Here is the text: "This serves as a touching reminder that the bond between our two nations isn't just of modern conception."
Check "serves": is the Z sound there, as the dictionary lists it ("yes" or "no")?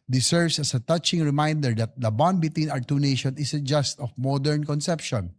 no